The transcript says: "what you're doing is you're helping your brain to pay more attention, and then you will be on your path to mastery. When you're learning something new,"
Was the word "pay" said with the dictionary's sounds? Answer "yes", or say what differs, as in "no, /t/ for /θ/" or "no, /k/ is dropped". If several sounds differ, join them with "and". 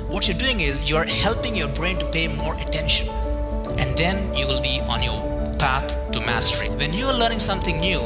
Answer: yes